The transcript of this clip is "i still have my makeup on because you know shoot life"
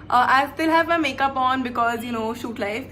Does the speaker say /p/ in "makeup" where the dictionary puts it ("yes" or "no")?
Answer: yes